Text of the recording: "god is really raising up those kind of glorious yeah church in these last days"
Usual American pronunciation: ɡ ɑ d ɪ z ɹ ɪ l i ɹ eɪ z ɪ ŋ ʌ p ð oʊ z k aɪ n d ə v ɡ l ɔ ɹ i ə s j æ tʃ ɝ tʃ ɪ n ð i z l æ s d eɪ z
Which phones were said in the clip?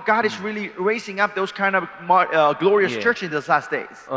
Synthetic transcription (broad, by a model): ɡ ɑ d ɪ z ɹ ɪ l i ɹ eɪ s ɪ ŋ ʌ p ð oʊ z k aɪ n d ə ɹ ɡ l ɔ ɹ i ə s tʃ ɝ tʃ ɪ n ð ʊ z l æ s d eɪ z